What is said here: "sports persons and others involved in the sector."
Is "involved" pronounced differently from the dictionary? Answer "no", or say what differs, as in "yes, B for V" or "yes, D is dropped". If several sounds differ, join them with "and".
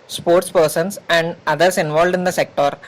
no